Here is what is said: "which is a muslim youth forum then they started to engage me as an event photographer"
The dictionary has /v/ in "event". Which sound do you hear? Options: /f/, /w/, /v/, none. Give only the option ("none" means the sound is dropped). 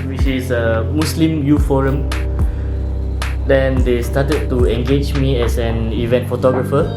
/v/